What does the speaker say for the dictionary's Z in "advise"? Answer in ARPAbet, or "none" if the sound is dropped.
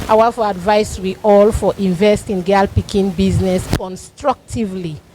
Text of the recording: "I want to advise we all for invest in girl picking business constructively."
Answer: S